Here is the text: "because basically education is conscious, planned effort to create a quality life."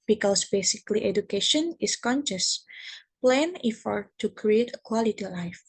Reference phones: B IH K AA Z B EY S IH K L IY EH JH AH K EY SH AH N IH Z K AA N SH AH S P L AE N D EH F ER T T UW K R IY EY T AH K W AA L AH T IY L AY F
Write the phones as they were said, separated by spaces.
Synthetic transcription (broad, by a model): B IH K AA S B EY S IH K L IY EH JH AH K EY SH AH N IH S K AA N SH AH S P L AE N IY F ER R T UW K R IY EY T AH K W AA L AH T IY L AY F